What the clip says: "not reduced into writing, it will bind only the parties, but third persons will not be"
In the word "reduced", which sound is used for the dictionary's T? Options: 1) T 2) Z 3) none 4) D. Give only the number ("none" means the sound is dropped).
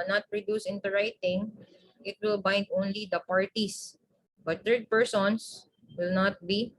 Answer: 3